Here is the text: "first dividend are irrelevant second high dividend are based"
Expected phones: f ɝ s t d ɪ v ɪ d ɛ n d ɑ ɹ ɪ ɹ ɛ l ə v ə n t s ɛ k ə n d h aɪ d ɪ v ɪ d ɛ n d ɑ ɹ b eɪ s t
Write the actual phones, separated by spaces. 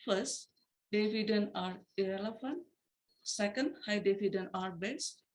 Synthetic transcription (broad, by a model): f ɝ s t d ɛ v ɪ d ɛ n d ɑ ɹ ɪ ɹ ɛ l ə f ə n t s ɛ k ə n d h aɪ d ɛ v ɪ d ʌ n ɑ ɹ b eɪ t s